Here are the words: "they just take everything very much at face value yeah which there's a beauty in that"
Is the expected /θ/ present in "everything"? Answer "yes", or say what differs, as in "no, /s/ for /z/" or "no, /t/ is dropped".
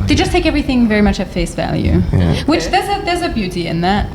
yes